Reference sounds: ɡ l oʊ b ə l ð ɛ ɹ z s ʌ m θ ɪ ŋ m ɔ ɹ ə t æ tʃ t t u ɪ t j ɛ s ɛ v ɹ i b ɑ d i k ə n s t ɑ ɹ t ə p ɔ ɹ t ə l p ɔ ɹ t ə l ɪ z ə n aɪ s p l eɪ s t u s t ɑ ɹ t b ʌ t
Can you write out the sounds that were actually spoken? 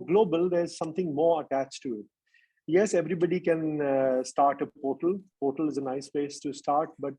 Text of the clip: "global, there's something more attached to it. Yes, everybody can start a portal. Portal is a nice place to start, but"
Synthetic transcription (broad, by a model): ɡ l oʊ b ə l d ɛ ɹ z s ʌ m t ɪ ŋ m ɔ ɹ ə t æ tʃ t t u ɪ t j ɛ s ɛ v ɹ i b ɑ d i k ə n s t ɑ ɹ t ə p ɔ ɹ t ə l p ɔ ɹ t ə l ɪ z ə n aɪ s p eɪ s t u s t ɑ ɹ t b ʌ t